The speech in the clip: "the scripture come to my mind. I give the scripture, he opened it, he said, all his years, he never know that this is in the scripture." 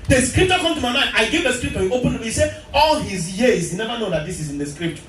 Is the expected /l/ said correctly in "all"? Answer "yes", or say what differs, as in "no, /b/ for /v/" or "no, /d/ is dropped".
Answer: yes